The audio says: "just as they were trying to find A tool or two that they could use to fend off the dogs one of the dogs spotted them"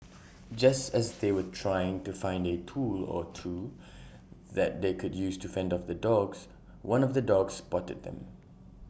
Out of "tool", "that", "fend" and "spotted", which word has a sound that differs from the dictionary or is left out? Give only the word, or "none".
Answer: none